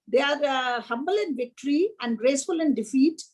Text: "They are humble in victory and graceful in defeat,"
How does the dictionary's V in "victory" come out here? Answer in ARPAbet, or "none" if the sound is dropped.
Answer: V